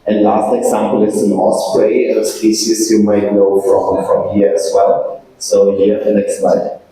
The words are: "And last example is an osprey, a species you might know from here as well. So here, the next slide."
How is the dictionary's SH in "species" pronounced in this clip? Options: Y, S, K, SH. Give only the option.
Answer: S